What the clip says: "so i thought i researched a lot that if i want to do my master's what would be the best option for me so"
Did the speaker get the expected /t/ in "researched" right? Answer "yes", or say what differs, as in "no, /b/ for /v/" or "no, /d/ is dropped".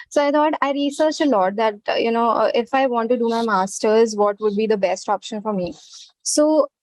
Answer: no, /t/ is dropped